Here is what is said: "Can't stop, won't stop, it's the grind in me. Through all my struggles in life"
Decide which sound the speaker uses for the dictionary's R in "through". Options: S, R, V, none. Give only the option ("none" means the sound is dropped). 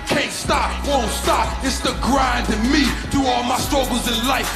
none